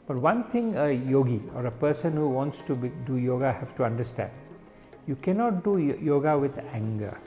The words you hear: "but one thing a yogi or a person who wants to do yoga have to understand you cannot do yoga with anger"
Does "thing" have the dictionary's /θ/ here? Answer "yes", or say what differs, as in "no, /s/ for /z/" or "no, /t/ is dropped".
no, /t/ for /θ/